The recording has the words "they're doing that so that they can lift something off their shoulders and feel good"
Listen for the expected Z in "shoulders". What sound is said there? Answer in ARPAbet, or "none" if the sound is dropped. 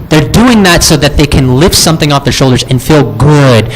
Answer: Z